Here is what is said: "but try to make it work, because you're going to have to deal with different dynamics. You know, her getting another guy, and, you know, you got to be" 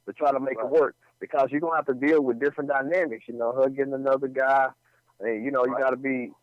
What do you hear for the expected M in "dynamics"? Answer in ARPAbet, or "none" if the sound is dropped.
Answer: M